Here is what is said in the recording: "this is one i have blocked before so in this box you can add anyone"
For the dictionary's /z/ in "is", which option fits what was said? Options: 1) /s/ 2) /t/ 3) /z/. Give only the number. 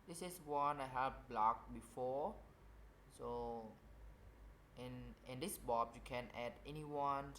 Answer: 1